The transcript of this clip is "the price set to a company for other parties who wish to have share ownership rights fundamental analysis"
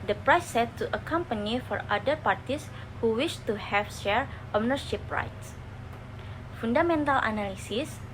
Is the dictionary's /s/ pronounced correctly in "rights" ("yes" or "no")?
yes